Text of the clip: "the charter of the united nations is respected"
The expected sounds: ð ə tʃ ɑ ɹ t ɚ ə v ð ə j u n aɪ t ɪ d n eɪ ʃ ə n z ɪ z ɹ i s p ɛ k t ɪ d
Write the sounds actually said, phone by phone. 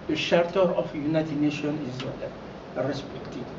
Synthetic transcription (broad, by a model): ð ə ʃ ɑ ɹ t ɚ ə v j u n aɪ t ɪ d n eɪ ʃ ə n ɪ z ɹ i s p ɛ k t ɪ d